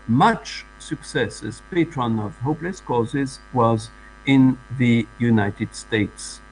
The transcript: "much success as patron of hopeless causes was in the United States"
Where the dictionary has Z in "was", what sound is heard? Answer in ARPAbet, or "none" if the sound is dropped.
Z